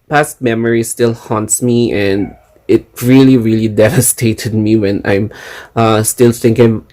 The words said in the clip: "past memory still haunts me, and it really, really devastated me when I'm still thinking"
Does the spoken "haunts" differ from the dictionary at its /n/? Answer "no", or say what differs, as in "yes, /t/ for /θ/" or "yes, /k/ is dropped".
no